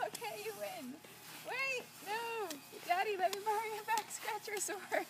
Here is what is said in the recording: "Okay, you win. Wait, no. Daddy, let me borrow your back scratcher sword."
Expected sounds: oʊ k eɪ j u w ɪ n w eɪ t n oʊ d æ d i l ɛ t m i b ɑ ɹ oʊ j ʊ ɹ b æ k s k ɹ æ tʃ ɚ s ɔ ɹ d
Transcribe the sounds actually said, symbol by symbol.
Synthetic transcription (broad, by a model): oʊ k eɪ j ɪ w ɪ n w eɪ t n oʊ d æ d i l ɛ t m i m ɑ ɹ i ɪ b æ k s k ɹ æ tʃ ɚ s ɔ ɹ